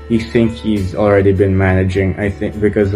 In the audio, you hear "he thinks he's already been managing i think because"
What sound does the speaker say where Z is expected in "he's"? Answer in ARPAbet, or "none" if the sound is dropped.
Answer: Z